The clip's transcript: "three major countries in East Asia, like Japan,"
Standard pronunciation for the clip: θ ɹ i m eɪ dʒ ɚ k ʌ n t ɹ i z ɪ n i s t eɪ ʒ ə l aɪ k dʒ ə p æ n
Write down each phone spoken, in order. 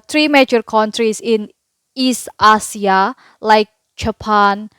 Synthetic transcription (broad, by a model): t ɹ i m eɪ dʒ ɚ k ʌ n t ɹ i s ɪ n i s t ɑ s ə l aɪ k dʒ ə p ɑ n